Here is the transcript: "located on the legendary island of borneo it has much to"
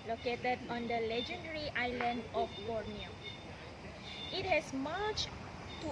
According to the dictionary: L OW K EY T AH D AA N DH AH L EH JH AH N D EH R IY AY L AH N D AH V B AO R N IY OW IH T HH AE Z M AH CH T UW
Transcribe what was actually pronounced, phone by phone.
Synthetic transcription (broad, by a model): L OW K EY T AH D AA N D AH L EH JH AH N D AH R IY AY L AH N D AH F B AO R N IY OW IH T HH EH S M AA CH T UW